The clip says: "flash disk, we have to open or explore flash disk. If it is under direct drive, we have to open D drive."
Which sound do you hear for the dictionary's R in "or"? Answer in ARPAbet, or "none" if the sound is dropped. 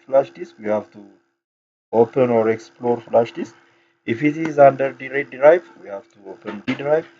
R